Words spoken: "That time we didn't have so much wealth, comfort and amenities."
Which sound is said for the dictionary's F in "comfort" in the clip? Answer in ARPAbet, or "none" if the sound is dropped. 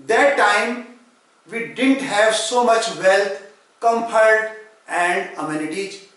P